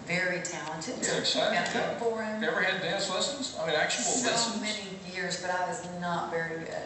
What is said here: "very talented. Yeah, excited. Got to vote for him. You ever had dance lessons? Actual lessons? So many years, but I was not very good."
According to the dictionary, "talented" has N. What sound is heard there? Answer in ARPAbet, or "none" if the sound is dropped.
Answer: N